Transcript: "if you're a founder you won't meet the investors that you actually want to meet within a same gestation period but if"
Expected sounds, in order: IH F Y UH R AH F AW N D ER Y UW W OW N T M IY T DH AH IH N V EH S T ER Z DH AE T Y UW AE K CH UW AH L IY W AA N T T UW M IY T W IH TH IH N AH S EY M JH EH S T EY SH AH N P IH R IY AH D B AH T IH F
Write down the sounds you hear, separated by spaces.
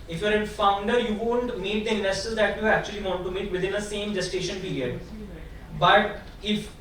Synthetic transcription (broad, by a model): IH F Y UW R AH F AW N D ER Y UW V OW N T M IY T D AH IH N AH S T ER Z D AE T Y UW AE K CH UW AH L IY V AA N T T UW M IY T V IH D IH N AH S EY M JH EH S T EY SH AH N P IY R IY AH D B AH T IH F